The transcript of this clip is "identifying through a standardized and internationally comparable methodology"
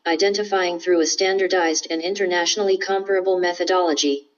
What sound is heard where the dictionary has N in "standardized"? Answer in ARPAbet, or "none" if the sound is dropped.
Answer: N